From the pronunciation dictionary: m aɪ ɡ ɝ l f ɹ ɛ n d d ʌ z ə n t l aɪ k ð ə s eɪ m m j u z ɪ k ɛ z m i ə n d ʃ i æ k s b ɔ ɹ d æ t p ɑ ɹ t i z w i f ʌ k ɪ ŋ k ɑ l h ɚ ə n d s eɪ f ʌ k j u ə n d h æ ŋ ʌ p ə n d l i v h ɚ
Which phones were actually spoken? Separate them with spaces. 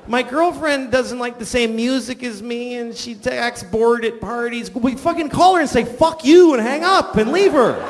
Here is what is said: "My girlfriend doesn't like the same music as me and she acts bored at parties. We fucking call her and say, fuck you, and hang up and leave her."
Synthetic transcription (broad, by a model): m aɪ ɡ ɝ l f ɹ ɛ n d d ʌ z ə n t l aɪ k ð ə s eɪ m m j u z ɪ k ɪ z m i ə n ʃ i æ k s b ɔ ɹ d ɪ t p ɑ ɹ t i z w i f ʌ k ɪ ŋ k ɑ l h ɚ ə n s eɪ f ʌ k j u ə n h æ ŋ ʌ p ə n l i v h ɚ